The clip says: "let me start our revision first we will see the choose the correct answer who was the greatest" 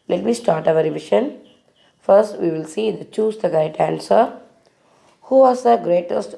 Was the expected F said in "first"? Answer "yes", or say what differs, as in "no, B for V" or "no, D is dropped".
yes